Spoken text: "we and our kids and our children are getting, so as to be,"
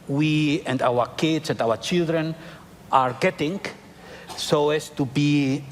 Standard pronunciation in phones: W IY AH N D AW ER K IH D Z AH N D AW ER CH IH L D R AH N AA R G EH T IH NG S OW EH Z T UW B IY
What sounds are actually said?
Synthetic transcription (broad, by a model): W IY AH N D AW ER K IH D S AH N D AW ER CH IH L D R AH N AA R G EH T IH NG S OW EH S T UW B IY